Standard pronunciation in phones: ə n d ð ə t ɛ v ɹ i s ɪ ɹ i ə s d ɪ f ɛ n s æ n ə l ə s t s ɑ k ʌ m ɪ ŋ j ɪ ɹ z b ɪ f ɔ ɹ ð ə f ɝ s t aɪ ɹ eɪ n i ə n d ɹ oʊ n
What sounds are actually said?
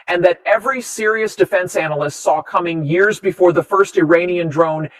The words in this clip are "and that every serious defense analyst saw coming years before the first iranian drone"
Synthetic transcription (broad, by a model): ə n ð ə t ɛ v ɹ i s ɪ ɹ i ə s d ɪ f ɛ n s æ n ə l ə s t s ɑ k ʌ m ɪ ŋ j ɪ ɹ z b ɪ f ɔ ɹ ð ə f ɝ s t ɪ ɹ eɪ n i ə n d ɹ oʊ n